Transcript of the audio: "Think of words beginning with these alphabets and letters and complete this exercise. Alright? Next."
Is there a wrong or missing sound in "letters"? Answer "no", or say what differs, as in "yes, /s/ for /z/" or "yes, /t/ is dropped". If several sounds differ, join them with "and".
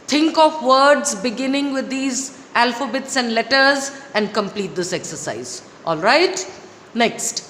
no